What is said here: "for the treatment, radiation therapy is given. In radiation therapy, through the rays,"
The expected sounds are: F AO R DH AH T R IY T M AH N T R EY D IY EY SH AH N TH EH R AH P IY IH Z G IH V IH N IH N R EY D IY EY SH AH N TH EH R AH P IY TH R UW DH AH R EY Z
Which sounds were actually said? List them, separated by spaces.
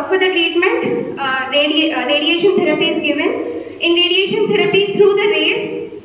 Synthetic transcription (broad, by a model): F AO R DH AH T R IY T M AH N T R EY D IY EY SH AH N T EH R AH P IY IH Z G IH V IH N IH N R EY D IY EY SH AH N T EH R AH P IY T R UW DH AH R EY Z